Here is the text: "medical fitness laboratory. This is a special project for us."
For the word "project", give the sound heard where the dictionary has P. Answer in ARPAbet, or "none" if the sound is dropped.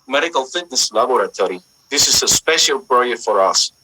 B